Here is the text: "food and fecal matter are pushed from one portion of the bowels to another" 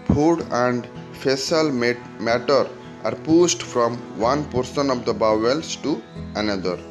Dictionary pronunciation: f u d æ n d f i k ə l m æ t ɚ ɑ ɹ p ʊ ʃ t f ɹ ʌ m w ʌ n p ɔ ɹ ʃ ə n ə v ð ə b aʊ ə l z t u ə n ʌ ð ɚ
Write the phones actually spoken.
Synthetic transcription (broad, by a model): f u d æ n d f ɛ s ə l m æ t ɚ ɑ ɹ p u s t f ɹ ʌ m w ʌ n p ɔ ɹ s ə n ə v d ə b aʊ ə l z t u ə n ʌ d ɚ